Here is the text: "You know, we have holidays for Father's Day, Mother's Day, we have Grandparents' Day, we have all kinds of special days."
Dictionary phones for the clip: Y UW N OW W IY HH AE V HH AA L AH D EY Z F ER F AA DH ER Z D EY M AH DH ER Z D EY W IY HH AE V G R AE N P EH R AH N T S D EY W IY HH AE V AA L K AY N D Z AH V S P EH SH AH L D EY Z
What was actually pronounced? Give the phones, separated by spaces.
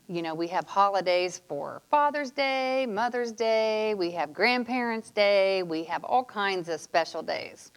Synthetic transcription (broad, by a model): Y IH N OW W IY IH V HH AA L AH D EY Z F ER F AA DH ER Z D EY M AH DH ER Z D EY W IY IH V G R AE N P EH R AH N T S D EY W IY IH V AA L K AY N D Z AH V S P EH SH L D EY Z